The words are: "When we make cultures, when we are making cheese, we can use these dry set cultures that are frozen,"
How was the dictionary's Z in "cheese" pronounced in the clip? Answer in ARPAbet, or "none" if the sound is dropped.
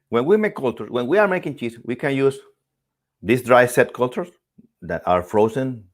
S